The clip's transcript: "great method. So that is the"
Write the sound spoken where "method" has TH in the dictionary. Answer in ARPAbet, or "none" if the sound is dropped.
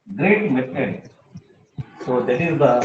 S